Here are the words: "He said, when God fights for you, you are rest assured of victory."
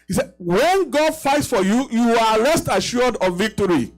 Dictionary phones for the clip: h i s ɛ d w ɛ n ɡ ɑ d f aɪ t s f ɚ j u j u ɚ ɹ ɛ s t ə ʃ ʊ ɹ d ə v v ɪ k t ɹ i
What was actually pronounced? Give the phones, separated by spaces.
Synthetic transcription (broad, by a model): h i s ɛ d w ɛ n ɡ ɑ d f aɪ t s f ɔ j u j u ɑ l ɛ s t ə ʃ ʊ d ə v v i k t ɹ i